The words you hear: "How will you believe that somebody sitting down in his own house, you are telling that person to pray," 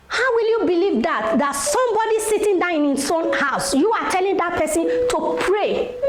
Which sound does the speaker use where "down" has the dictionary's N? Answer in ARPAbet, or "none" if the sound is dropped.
none